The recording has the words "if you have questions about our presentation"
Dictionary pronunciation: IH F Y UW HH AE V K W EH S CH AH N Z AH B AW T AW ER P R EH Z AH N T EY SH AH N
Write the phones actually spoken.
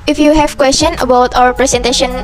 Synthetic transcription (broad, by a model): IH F Y UW HH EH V K W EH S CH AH N AH B AW T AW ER P R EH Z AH N T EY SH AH N